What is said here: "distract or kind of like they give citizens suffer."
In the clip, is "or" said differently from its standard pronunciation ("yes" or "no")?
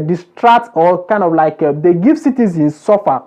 yes